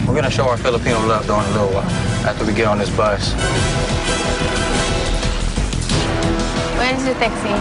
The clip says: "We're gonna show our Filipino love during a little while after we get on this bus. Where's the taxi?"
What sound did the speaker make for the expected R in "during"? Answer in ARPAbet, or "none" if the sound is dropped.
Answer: none